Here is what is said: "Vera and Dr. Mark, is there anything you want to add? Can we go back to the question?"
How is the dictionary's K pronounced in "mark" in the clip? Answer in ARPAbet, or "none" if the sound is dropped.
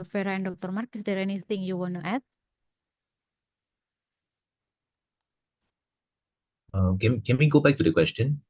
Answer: K